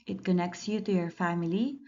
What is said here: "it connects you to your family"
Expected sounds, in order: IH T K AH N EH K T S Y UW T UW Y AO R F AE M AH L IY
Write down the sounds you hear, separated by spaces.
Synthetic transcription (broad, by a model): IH T K AH N EH K T S Y UW T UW Y AO R F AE M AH L IY